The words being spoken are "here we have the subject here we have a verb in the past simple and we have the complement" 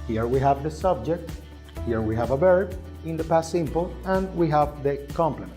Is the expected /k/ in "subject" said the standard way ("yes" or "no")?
yes